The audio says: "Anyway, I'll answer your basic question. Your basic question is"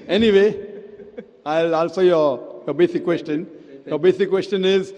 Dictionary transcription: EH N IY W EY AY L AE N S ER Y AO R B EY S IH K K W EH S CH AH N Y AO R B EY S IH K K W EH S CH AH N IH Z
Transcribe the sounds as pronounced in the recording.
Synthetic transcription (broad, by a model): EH N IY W EY AY L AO L S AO Y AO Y B EY S IH K K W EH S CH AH N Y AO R B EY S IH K K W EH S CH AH N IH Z